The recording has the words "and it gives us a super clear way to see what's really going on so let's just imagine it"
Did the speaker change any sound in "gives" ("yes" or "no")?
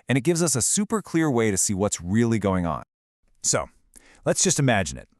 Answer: no